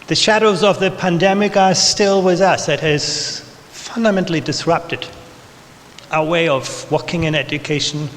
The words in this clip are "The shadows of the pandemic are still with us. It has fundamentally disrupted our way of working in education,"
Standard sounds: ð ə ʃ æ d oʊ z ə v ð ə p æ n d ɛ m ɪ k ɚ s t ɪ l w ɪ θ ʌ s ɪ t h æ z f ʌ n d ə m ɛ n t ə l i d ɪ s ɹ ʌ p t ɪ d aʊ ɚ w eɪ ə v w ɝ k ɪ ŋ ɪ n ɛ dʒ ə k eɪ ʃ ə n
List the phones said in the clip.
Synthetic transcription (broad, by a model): ð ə ʃ æ d oʊ z ə v ð ə p æ n d ɛ m ɪ k ɚ s t ɪ l w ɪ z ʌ s ɪ t h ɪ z f ʌ n d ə m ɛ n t l i d ɪ s ɹ ʌ p t ɪ d aʊ ɚ w eɪ ə v w ɝ k ɪ ŋ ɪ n ɛ dʒ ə k eɪ ʃ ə n